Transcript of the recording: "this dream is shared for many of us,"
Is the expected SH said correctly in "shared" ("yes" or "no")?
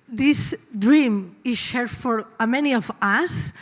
yes